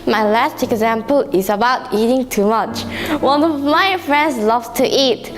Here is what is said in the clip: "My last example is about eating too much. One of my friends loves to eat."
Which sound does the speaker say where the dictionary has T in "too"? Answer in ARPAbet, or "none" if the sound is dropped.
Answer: T